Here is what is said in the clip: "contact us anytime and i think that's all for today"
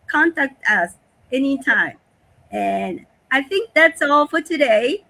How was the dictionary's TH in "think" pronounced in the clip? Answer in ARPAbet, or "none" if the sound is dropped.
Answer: TH